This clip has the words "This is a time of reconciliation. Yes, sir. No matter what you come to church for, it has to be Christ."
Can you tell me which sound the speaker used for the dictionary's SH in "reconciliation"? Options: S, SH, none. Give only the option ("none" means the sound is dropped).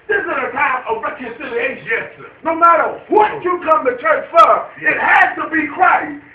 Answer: none